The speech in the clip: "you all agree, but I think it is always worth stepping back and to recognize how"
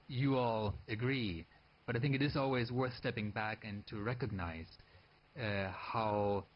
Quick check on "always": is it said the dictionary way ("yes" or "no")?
yes